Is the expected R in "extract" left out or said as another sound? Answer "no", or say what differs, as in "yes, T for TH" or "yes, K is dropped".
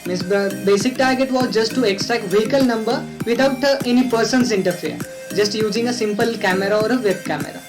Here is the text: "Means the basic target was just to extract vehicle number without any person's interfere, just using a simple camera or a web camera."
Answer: yes, R is dropped